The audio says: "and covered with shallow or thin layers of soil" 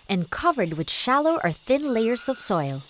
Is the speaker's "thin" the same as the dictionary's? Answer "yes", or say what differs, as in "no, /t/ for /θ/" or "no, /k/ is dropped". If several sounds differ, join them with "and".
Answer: yes